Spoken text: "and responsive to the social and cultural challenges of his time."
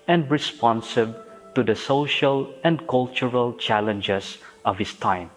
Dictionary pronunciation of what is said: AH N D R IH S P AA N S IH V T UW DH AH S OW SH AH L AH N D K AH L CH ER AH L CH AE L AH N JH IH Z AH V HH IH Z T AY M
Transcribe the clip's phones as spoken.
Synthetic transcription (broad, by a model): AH N D R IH S P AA N S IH B T UW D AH S OW SH AH L AH N D K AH L CH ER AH L CH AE L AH N JH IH S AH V HH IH S T AY M